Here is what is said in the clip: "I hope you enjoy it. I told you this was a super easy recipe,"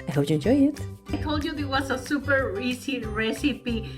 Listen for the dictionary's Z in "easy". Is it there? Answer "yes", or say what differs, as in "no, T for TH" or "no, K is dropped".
no, S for Z